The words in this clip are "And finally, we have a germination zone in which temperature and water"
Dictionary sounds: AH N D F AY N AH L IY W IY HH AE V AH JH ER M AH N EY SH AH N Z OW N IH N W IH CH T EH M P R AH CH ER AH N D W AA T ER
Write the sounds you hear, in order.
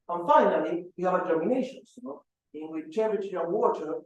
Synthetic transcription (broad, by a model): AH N F AY N AH L IY W IY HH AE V AH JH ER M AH N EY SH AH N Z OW IH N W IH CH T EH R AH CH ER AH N W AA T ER